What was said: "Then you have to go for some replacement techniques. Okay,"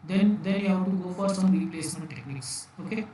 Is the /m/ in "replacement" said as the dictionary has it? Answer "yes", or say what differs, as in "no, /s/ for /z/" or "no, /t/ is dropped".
yes